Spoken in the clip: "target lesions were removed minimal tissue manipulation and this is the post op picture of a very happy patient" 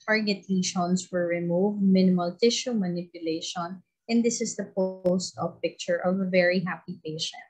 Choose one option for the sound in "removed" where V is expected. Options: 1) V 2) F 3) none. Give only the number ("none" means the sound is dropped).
1